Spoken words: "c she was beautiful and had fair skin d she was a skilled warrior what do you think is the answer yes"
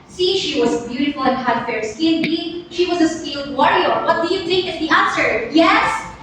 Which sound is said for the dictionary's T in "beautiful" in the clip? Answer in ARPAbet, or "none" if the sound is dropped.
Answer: T